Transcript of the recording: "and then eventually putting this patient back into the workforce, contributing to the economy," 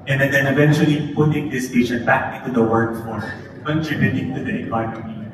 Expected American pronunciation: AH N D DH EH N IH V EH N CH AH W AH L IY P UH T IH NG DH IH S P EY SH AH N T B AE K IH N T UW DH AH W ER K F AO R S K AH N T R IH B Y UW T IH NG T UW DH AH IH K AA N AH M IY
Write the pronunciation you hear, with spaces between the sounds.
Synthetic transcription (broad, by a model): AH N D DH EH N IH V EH N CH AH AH L IY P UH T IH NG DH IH S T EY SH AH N B AE K IH N T UW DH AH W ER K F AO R K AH N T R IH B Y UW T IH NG T UW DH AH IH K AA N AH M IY